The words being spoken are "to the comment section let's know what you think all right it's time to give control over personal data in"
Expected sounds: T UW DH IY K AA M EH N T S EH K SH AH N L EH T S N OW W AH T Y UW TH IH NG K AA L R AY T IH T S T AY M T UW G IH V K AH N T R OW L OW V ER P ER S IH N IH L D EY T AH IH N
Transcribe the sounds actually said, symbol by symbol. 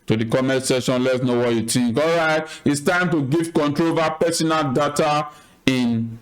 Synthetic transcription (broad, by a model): T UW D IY K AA M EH T S EH SH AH N L EH T S N OW W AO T Y UW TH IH NG K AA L R AY T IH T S T AY M T UW G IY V K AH N T R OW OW V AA P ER S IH N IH L D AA T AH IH N